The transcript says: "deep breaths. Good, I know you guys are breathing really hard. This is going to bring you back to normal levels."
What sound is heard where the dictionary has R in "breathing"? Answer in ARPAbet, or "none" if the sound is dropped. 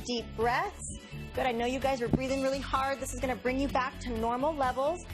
R